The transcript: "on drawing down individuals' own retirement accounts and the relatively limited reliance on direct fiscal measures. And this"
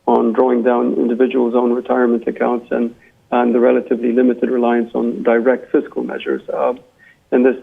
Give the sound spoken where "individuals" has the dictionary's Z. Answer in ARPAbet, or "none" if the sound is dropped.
Z